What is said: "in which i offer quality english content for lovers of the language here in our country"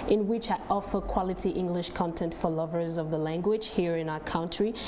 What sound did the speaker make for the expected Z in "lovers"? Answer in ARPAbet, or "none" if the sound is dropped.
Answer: Z